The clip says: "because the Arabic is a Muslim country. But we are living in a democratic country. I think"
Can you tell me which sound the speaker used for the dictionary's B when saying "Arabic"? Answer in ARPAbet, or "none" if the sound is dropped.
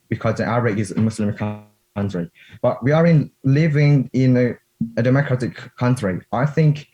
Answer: none